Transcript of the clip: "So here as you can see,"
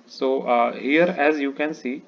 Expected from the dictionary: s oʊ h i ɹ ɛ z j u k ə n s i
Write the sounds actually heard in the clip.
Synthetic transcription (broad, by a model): s oʊ h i ɹ ɛ z j u k ə n s i